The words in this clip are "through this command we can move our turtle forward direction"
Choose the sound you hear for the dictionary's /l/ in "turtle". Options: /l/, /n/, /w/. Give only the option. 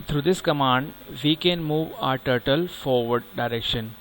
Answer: /l/